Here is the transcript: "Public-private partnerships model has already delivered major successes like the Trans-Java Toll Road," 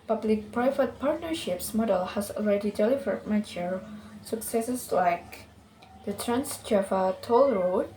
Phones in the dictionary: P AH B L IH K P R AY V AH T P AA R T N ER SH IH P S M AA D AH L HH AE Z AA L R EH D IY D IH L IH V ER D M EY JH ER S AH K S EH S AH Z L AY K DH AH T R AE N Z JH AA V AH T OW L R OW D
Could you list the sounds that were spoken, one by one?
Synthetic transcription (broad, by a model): P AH B L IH K P R AY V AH T P AA R T N ER SH IH P S M AA D AH L HH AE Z AA L R EH D IY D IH L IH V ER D M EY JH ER S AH K S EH S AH S L AY K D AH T R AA N S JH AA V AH T OW L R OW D